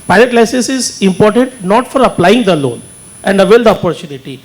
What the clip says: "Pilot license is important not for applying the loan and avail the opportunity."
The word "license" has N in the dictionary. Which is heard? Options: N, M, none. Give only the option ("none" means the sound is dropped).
none